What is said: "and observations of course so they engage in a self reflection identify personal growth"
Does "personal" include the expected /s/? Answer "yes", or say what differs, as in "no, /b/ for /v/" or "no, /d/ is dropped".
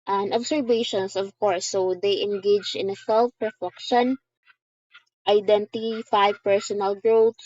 yes